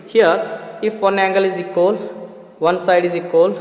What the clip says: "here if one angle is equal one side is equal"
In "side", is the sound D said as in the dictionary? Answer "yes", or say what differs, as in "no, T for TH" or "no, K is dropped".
yes